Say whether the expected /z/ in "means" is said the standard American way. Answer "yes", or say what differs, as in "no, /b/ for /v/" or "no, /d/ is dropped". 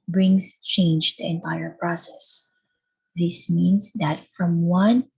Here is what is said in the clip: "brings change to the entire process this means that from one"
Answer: no, /s/ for /z/